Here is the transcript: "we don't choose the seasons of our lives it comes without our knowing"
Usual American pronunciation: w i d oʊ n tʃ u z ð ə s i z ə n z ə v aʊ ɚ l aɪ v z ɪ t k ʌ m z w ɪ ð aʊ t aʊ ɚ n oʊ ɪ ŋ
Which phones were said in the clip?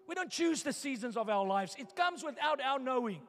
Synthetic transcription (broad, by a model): w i d oʊ n tʃ u z ð ə s i z ə n z ə v aʊ ɚ l aɪ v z ɪ t k ʌ m z w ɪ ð aʊ t aʊ ɚ n oʊ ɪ ŋ